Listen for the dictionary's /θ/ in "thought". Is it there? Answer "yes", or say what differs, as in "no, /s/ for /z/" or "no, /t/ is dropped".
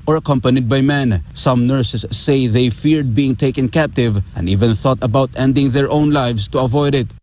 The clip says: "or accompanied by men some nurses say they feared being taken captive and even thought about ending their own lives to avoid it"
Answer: yes